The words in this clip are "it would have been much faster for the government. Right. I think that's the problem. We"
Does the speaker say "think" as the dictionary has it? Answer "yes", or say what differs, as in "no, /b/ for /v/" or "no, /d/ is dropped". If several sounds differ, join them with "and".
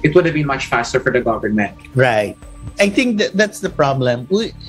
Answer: no, /t/ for /θ/